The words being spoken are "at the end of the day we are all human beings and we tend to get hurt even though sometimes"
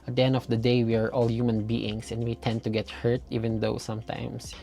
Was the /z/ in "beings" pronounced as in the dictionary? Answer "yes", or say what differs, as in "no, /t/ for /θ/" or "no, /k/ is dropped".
no, /s/ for /z/